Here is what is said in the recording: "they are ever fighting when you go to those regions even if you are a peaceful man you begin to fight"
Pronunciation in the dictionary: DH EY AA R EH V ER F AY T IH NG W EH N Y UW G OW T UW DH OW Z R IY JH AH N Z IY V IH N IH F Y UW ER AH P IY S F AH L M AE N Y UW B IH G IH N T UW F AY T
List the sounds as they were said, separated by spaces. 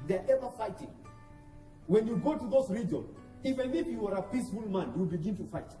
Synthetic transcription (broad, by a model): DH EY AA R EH V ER F AY T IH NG W EH N Y UW G OW T UW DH OW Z R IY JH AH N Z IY F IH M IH P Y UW ER AH P IY S F AH L M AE N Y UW B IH G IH N T UW F AY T